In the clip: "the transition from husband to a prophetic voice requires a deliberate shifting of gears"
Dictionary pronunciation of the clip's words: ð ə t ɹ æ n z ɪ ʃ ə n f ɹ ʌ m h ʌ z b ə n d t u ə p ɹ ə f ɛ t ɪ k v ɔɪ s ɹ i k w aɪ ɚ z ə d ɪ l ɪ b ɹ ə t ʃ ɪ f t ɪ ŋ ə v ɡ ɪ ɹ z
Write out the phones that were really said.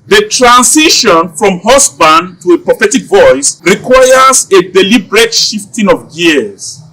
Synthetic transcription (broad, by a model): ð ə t ɹ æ n s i ʃ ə n f ɹ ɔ m h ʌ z b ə n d t u ə p ɹ ə f ɛ t ɪ k v ɔɪ s ɹ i k w aɪ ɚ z ə d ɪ l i b ɹ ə t ʃ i f t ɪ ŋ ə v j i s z